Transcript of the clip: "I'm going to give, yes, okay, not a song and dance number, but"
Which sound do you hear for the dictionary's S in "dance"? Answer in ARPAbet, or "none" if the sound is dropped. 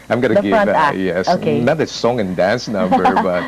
S